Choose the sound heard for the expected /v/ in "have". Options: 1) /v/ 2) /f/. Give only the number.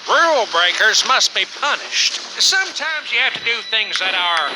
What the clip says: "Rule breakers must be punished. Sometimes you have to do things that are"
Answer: 2